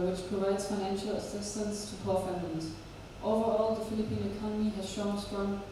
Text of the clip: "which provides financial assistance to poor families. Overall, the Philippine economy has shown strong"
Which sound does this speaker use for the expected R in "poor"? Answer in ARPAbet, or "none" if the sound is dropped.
L